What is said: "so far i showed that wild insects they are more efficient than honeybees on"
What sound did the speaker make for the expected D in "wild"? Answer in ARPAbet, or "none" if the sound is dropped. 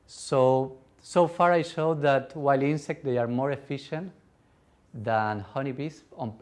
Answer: none